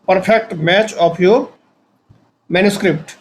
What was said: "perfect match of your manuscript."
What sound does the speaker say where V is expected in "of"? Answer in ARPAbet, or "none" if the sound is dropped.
P